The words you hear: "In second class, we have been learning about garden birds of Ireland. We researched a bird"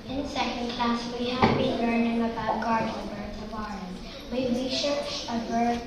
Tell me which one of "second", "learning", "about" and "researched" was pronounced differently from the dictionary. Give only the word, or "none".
researched